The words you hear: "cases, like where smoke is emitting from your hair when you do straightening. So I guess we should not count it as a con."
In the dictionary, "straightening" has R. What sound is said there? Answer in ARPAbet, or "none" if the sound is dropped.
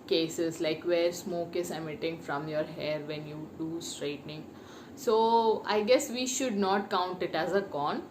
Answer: R